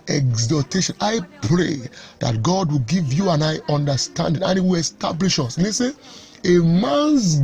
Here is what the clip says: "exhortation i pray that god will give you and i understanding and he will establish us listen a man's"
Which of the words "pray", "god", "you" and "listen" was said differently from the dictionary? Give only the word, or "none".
listen